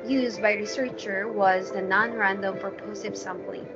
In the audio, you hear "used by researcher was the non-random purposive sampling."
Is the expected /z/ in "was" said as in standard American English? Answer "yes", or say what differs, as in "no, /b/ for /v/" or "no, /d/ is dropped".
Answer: yes